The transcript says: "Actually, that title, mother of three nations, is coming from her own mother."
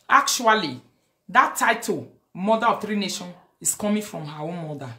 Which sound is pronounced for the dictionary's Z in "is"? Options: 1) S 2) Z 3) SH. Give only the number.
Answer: 1